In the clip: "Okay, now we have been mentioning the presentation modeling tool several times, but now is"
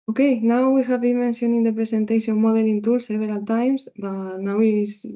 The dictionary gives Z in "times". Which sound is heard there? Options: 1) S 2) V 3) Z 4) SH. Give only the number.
1